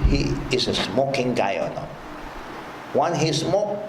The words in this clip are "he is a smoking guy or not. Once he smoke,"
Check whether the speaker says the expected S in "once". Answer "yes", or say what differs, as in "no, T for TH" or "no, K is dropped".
no, S is dropped